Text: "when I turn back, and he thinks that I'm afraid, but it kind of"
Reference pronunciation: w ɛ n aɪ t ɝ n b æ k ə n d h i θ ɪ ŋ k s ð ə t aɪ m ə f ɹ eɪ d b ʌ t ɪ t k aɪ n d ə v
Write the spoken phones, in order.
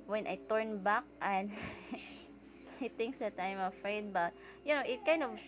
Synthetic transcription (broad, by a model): w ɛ n aɪ t ɝ n b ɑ k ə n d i t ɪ ŋ k s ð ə t aɪ m ə f ɹ eɪ d b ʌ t ɪ t k aɪ n d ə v